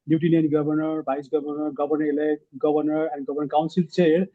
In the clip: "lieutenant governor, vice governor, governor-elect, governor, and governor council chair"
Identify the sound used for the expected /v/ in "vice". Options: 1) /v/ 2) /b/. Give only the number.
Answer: 2